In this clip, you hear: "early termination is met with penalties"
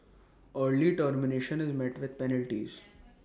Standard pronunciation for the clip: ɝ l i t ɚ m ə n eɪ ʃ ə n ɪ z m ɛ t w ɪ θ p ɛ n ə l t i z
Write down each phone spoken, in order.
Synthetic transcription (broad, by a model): ɝ l i t ɚ m ə n eɪ ʃ ə n ɪ z m ɛ t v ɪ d p ɛ n ə l t i z